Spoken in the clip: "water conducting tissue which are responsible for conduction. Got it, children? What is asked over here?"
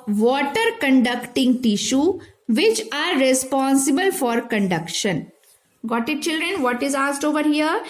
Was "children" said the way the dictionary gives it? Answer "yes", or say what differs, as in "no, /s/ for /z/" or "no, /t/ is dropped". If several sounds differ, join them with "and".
yes